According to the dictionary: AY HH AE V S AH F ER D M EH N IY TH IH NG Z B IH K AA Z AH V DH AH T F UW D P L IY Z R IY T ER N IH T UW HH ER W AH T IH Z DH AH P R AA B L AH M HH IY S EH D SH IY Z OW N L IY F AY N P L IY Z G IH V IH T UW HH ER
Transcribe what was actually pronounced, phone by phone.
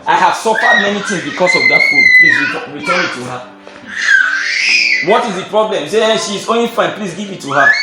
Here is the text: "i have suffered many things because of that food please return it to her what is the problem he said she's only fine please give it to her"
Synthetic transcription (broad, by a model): AY HH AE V S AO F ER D M EH N IY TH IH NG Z B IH K AA S AH V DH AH T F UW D P L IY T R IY T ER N IH T UW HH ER W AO T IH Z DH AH P R AA B L AH M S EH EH SH IY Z OW N L IY F AY N P L IY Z G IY V IH T UW HH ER